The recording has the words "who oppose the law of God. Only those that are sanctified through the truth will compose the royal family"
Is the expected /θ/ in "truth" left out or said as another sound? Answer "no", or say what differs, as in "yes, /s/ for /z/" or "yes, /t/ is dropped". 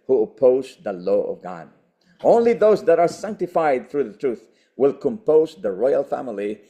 no